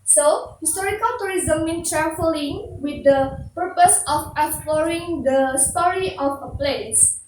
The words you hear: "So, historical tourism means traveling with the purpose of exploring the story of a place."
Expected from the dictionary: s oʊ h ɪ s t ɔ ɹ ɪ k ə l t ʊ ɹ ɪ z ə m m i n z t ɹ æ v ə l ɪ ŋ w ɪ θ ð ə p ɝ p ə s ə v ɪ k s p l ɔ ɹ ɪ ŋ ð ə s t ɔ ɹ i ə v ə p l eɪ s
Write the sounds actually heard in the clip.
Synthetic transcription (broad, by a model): s oʊ h ɪ s t ɔ ɹ ɪ k ə l t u ɹ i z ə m m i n t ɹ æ f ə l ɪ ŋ w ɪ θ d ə p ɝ p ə s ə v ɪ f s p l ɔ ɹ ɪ ŋ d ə s t ɔ ɹ i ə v ə p l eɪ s